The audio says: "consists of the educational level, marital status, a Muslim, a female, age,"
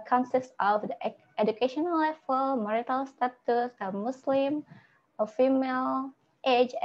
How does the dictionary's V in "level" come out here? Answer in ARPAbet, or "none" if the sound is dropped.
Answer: F